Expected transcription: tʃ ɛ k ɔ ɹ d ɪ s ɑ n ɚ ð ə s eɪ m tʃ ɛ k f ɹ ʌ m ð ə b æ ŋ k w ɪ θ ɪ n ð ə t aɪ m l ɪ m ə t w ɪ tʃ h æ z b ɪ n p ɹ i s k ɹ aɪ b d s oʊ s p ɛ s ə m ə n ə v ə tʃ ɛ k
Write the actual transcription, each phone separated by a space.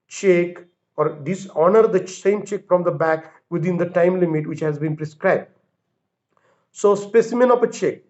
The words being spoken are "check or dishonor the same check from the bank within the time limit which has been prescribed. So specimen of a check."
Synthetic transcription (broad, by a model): tʃ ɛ k ɔ ɹ d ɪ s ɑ n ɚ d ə s eɪ m tʃ ɛ k f ɹ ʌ m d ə b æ k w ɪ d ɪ n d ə t aɪ m l ɪ m ə t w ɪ tʃ h æ z b ɪ n p ɹ i s k ɹ aɪ b d s oʊ s p ɛ s ə m ə n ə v ə tʃ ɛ k